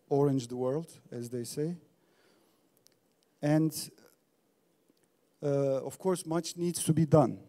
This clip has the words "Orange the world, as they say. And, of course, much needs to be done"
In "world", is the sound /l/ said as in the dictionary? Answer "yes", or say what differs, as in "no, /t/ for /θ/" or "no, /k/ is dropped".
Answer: yes